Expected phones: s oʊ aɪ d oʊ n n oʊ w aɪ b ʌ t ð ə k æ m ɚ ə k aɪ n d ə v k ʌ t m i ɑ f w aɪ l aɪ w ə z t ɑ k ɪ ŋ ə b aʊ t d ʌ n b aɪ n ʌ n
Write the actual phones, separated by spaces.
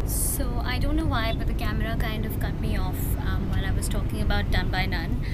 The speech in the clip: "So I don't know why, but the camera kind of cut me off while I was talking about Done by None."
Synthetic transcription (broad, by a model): s oʊ aɪ d oʊ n n oʊ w aɪ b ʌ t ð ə k æ m ɚ ə k aɪ n d ə v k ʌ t m i ɑ f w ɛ n aɪ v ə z t ɑ k ɪ ŋ ə b aʊ t d ʌ n b aɪ n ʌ n